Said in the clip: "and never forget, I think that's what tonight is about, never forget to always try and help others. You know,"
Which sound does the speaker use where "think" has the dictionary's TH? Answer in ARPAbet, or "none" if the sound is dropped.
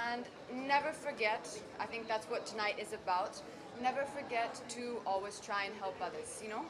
TH